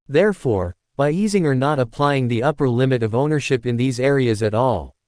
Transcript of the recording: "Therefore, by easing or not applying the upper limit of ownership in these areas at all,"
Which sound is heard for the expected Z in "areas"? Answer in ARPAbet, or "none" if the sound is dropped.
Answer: Z